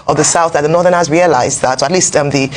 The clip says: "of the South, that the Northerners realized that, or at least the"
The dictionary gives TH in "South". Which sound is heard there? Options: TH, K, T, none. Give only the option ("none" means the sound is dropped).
TH